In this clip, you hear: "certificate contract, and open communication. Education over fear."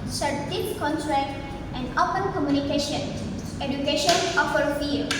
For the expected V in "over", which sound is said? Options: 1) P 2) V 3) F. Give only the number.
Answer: 3